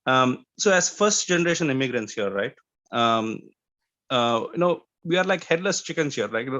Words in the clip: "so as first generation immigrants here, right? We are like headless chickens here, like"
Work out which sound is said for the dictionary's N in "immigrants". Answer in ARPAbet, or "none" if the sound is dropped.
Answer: N